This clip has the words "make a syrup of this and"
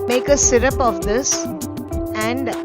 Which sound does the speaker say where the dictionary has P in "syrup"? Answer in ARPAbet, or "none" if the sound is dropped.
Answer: P